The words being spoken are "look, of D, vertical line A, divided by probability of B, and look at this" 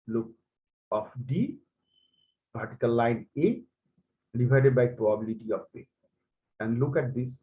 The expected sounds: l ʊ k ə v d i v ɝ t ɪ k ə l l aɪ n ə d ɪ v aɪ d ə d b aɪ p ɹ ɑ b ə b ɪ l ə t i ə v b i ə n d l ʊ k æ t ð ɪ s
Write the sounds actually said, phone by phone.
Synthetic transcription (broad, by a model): l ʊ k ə f d i p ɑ t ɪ k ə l l aɪ n ə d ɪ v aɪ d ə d b aɪ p ɹ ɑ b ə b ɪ l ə t i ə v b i ə n d l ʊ k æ t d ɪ s